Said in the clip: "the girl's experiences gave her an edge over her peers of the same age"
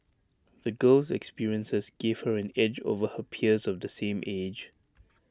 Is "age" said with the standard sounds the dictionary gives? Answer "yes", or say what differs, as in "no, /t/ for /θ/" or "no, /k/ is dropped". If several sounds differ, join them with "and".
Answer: yes